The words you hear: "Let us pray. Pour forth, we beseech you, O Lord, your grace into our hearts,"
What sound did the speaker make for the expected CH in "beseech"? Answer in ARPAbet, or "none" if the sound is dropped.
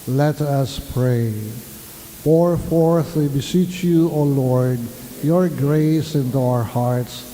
CH